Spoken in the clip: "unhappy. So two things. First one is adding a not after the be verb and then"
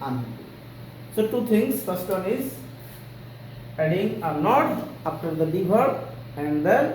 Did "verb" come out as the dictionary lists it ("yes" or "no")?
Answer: no